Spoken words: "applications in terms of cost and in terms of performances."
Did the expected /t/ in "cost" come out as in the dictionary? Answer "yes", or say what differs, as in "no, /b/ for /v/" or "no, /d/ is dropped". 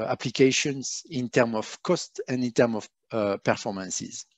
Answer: yes